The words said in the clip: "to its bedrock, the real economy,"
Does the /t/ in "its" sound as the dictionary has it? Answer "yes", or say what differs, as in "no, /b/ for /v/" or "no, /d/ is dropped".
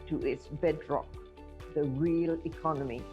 yes